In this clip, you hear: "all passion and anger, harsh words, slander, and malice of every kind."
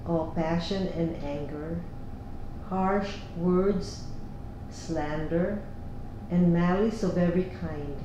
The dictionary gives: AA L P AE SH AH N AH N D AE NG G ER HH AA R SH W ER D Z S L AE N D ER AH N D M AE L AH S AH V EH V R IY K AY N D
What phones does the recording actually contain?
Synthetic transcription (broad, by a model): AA L P AE SH AH N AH N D AE NG G ER HH AA R SH W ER D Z S L AE N D ER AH N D M AE L AH S AH V EH V R IY K AY N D